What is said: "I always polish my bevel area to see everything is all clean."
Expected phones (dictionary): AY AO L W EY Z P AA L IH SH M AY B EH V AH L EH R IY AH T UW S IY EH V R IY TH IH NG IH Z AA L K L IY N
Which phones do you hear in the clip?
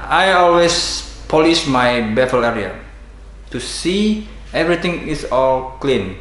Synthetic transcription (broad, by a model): AY AO L W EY S P AA L IH SH M AY B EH F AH L EH R IY AH T UW S IY EH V R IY T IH NG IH S AA L K L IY N